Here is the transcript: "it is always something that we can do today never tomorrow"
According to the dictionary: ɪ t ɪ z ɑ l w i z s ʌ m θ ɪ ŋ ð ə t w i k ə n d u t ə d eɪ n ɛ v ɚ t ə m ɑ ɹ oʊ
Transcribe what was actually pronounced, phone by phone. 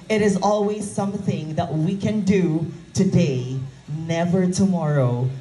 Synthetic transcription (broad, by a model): ɪ t ɪ z ɑ l w i z s ʌ m θ ɪ ŋ ð ə t w i k ə n d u t ə d eɪ n ɛ v ɚ t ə m ɑ ɹ oʊ